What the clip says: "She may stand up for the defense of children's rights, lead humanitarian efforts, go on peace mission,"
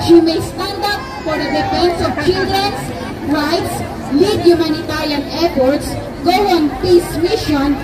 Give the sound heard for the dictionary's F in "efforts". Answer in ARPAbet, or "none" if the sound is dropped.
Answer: P